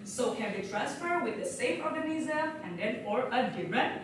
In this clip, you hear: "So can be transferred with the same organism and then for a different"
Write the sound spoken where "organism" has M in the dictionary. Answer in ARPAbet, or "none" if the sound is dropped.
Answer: none